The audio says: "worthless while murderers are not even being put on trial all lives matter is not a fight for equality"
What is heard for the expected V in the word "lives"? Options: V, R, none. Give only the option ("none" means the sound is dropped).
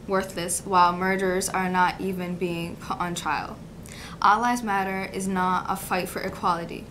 none